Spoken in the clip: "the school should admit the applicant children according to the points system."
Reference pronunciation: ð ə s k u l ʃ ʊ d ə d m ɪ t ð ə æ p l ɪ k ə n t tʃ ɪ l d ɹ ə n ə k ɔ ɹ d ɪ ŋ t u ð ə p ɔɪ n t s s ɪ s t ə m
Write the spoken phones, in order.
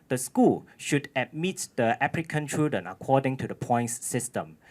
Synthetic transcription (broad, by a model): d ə s k u l ʃ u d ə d m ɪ t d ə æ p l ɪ k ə n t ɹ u d ə n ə k ɔ d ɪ ŋ t u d ə p ɔɪ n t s s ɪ s t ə m